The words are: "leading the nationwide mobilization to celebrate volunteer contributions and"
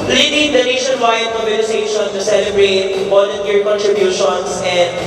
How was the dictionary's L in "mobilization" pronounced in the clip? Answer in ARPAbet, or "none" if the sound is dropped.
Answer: N